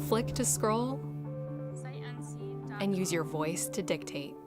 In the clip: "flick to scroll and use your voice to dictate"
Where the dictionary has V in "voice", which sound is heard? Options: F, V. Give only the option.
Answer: V